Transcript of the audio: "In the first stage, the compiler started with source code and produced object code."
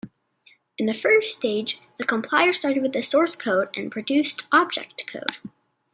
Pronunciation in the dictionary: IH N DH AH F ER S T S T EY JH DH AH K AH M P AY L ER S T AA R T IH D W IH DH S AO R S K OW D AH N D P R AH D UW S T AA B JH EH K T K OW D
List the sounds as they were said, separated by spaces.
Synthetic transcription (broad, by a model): IH N DH AH F ER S S T EY JH DH AH K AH M P AY ER S T AA R T IH D W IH DH S AO R S K OW D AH N P R AH D UW S T AA B JH EH K T K OW D